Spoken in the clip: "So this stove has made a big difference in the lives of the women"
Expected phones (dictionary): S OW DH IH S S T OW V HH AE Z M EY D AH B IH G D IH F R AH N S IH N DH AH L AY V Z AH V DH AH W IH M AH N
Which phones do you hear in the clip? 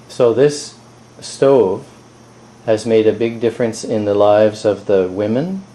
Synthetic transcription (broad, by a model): S OW DH IH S S T OW V HH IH Z M EY D AH B IH G D IH F R AH N S IH N DH AH L AY V Z AH V DH AH W IH M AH N